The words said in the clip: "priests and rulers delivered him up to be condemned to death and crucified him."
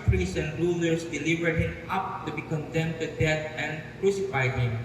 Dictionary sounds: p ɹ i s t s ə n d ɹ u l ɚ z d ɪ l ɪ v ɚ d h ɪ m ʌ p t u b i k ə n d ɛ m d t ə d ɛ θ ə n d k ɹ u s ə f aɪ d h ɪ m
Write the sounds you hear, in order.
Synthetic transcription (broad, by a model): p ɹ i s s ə n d ɹ u l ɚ s d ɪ l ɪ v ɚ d h ɪ m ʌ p t u b i k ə n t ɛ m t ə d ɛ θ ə n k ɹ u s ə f aɪ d h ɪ m